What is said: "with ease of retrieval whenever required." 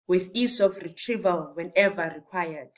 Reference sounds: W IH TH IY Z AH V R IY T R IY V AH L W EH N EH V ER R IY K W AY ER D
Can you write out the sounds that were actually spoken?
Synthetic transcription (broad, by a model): W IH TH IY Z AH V R IY T R IY V AH L W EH N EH V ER R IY K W AY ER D